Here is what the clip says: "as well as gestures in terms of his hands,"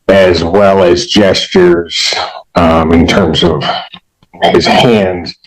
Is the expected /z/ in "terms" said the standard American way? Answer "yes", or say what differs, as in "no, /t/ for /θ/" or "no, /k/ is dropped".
yes